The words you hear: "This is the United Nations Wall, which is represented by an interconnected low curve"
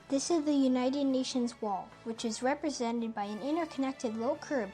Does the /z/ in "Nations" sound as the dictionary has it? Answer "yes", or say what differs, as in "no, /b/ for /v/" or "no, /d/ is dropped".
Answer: yes